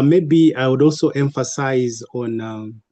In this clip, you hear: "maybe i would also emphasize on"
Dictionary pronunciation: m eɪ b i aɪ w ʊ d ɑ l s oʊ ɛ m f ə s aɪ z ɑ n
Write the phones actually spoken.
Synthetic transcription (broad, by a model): m eɪ b i aɪ w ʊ d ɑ l s oʊ ɛ m f ə s aɪ z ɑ n